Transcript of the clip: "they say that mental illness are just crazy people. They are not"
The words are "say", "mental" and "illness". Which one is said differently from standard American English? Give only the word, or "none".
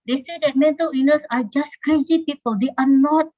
illness